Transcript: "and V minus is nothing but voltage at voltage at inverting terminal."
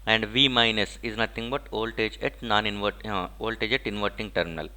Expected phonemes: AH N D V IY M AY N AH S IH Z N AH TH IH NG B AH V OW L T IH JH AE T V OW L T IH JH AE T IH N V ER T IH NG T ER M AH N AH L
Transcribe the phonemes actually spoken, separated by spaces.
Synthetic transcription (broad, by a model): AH N D V IY M AY N AH S IH Z N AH T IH NG B AH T OW L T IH JH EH T V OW L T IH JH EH T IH N V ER T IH NG T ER M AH N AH L